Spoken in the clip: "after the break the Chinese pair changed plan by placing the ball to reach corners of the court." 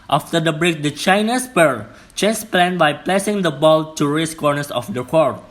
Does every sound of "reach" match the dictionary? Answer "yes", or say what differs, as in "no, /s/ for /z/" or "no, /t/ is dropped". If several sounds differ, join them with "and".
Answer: no, /s/ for /tʃ/